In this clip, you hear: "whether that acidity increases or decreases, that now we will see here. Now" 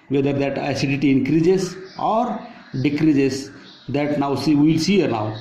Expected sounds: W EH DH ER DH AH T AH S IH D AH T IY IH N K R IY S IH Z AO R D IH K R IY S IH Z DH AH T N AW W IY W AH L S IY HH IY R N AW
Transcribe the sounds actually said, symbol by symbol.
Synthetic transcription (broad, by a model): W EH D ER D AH T AH S IH D AH T IY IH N K R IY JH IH S AO R D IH K R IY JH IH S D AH T N AW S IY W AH L S IY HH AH R N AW